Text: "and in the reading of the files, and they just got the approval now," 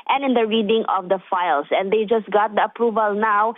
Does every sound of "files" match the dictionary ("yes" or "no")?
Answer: no